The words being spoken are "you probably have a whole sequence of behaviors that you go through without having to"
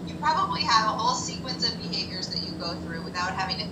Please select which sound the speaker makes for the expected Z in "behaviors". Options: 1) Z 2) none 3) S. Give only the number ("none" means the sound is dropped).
1